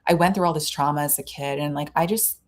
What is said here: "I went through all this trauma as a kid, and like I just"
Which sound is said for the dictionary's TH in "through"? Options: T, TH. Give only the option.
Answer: TH